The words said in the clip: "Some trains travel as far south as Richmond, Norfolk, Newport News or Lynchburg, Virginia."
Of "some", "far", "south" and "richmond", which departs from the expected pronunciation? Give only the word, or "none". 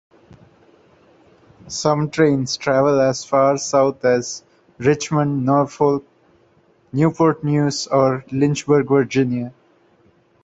south